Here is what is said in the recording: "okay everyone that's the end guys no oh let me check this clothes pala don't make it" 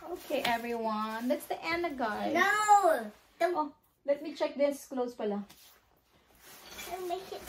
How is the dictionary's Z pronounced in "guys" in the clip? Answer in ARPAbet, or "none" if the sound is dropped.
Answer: none